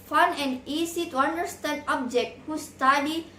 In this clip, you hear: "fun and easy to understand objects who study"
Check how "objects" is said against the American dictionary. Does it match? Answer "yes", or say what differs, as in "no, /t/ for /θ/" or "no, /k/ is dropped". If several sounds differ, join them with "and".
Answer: no, /s/ is dropped